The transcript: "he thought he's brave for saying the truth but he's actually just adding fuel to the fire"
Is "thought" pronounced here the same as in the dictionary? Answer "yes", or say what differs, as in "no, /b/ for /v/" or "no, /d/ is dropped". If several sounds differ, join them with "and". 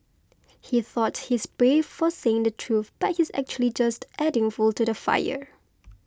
yes